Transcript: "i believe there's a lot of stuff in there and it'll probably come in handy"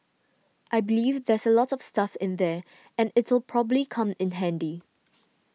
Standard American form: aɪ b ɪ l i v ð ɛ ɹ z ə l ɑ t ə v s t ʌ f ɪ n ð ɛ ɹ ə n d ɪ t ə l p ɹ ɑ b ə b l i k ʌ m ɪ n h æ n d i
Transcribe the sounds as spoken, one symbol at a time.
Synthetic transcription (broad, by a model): aɪ b ɪ l i v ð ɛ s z ə l ɑ t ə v s t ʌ f ɪ n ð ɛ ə n ɪ t ə l p ɹ ɑ b ə b l i k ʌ m ɪ n h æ n d i